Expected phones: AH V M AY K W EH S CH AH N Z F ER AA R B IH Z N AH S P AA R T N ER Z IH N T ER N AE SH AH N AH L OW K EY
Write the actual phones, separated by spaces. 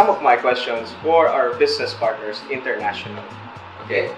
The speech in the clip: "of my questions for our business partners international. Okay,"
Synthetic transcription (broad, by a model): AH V M AY K W EH S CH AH N S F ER AA R B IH S N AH S P AA R T N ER S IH N T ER N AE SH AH N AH L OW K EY